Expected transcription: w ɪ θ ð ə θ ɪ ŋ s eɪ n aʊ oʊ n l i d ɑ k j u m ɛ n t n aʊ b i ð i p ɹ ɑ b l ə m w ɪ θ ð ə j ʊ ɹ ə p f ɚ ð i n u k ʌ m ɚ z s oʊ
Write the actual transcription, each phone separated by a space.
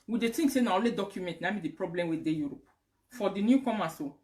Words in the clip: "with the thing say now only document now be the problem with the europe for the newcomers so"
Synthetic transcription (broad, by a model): w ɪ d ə t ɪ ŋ s eɪ n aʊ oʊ l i d ɑ k j u m ɛ n t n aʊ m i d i p ɹ ɑ b l ə m w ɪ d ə j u ɹ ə p f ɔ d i n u k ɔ m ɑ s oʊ